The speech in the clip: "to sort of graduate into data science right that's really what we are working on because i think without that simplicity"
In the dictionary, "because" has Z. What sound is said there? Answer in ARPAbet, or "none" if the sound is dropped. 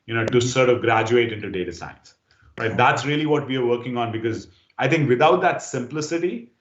Z